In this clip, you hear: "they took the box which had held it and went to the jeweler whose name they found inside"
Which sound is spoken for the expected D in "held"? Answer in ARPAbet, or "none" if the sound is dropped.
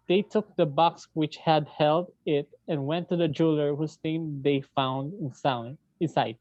D